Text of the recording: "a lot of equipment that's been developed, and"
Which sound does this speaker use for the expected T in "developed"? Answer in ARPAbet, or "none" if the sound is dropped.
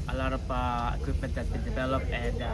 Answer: none